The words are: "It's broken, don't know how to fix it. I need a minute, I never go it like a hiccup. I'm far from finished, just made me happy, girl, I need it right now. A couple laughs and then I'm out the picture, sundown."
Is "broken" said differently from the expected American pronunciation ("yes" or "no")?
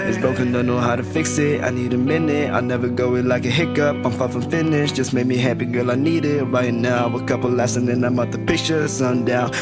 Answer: yes